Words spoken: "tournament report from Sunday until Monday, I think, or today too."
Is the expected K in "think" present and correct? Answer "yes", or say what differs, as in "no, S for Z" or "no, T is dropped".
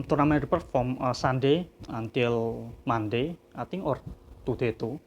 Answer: no, K is dropped